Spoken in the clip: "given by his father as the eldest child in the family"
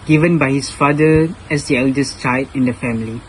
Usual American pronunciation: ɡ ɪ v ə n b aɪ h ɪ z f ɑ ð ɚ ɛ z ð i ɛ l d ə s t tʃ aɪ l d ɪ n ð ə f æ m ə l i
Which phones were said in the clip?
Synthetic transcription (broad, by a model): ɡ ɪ v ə n b aɪ h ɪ s f ɑ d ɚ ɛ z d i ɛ l d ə s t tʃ aɪ d ɪ n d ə f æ m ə l i